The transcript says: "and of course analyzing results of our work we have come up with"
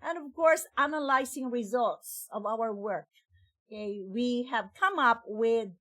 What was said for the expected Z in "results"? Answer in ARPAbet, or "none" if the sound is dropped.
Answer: Z